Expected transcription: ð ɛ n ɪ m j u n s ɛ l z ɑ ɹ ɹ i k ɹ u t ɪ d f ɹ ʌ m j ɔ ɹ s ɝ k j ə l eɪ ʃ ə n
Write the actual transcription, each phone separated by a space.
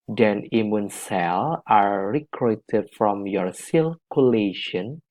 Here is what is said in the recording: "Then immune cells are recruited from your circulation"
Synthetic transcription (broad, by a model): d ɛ n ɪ m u n s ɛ l ɑ ɹ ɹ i k ɹ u t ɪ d f ɹ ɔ m j ɔ ɹ s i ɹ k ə l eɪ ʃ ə n